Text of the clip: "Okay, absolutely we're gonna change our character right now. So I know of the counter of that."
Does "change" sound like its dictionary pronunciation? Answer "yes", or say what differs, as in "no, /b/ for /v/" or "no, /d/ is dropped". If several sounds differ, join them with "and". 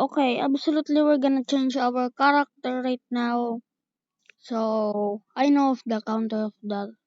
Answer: yes